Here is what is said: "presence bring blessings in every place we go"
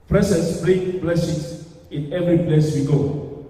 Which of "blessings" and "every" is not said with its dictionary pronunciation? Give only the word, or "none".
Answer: blessings